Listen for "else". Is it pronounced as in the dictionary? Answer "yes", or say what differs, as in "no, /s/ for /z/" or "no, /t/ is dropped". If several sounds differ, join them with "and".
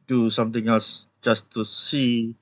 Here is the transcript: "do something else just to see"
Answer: yes